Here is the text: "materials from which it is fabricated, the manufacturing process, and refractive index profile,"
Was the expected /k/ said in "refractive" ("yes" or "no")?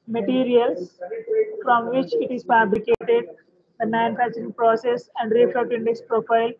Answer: no